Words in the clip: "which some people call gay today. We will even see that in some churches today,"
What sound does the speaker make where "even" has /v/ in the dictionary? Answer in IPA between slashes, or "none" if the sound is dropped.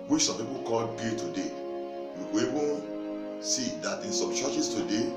/b/